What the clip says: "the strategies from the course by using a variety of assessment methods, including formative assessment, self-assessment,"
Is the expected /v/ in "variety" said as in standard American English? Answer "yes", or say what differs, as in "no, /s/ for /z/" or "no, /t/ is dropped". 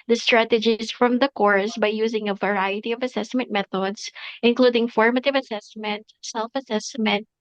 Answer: yes